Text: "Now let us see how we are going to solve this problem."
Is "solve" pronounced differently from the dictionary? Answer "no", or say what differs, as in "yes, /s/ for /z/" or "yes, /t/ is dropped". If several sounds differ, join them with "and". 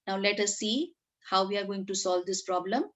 no